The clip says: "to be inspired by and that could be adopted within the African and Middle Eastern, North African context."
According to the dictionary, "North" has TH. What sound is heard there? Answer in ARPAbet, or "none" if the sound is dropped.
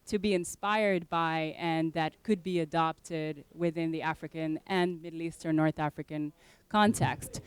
TH